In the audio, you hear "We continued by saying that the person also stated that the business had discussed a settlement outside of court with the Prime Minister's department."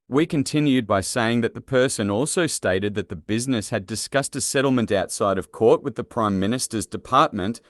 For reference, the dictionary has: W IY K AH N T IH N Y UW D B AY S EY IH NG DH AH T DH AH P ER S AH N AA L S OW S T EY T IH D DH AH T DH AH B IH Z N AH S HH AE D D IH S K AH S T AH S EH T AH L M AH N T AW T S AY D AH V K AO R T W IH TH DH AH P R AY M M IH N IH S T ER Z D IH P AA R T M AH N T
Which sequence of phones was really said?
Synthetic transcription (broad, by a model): W IY K AH N T IH N Y UW D B AY S EY IH NG DH AH T DH AH P ER S AH N AA L S OW S T EY T IH D DH AH T DH AH B IH Z N AH S HH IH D D IH S K AH S T AH S EH T L M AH N T AW T S AY D AH V K AO R T W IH DH AH P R AY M M IH N IH S T ER Z D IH P AA R T M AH N T